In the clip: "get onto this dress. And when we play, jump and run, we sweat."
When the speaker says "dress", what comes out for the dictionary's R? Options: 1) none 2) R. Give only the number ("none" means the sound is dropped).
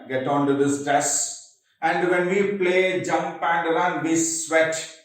1